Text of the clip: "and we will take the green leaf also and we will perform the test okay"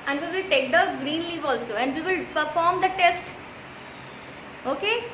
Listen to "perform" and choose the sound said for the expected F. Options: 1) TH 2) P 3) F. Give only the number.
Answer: 3